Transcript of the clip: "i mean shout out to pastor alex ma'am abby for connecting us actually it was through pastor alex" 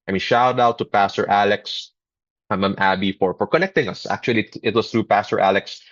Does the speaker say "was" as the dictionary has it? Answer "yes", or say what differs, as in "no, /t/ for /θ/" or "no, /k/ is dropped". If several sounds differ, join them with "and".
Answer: no, /s/ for /z/